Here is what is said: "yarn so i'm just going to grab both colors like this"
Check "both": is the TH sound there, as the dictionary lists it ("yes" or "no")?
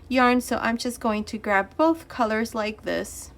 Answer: yes